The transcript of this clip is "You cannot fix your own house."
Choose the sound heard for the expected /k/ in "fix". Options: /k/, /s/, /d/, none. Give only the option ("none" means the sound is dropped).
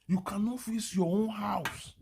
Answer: none